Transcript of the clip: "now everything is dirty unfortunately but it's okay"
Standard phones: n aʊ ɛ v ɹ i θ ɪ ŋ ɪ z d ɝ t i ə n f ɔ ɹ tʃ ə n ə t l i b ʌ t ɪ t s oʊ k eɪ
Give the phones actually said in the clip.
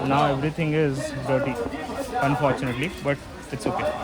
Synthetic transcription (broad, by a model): n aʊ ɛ v ɹ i t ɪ ŋ ɪ z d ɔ t i ə n f ɔ ɹ tʃ ə n ə t l i b ʌ t ɪ t s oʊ k eɪ